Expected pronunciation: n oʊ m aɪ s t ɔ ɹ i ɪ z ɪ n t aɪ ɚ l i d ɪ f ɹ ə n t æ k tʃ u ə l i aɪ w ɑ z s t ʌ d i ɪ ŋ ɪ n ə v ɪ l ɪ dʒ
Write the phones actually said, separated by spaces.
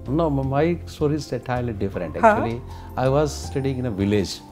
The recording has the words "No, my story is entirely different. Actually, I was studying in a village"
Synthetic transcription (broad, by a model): n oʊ m aɪ s t ɔ ɹ i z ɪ t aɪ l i d ɪ f ɹ ə n t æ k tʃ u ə l i aɪ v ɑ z s t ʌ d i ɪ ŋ ɪ n ə v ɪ l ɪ dʒ